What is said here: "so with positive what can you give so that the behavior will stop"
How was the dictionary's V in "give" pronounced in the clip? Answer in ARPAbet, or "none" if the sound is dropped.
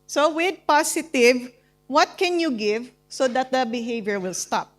V